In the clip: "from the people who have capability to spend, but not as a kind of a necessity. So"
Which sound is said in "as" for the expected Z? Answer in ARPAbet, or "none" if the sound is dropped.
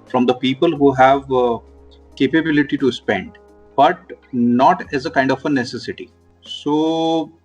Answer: Z